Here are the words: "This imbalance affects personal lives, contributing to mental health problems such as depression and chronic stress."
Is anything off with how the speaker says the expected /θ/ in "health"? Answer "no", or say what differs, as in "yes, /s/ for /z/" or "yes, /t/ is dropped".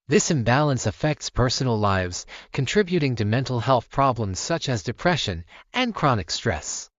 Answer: no